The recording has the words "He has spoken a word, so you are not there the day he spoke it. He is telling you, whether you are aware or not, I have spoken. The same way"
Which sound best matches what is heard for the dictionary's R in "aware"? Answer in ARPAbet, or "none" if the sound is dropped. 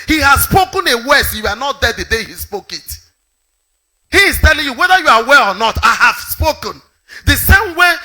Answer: L